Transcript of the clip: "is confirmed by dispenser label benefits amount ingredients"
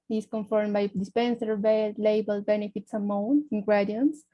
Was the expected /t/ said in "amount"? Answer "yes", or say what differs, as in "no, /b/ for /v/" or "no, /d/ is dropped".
no, /t/ is dropped